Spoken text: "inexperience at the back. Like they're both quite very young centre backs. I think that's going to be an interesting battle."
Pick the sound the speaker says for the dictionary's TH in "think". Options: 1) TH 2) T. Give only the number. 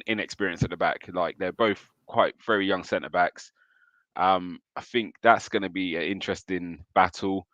1